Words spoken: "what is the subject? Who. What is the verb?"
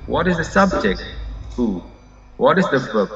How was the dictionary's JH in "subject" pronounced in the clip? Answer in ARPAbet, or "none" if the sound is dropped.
JH